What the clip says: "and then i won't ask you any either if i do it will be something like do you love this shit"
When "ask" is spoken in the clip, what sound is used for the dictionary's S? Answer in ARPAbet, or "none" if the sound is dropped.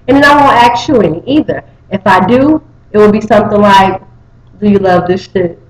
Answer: none